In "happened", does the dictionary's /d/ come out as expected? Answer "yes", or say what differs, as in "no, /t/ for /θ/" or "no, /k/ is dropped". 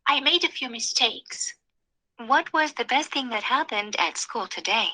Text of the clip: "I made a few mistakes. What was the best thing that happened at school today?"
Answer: yes